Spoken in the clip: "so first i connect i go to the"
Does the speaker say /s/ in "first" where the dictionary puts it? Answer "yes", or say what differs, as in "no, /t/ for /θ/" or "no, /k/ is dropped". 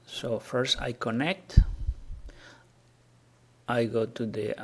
yes